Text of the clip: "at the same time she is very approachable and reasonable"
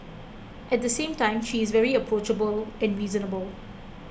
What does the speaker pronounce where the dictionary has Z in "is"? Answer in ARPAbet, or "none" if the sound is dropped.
Z